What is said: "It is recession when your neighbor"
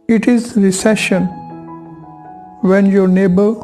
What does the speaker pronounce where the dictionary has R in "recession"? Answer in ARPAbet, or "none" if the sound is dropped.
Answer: R